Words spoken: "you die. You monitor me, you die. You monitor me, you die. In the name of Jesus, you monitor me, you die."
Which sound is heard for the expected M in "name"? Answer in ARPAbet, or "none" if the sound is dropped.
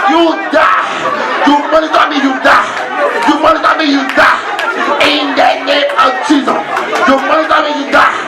none